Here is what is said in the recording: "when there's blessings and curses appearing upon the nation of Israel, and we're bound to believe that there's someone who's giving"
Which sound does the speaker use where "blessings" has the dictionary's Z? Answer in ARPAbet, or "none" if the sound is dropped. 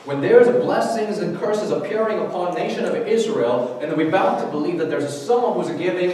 Z